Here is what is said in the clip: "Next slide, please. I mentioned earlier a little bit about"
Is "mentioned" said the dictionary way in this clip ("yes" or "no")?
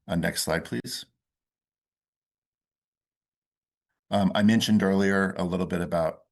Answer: yes